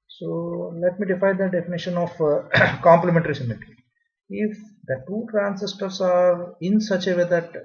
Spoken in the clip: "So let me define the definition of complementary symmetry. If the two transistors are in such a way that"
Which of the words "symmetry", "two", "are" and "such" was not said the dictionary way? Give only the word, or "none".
symmetry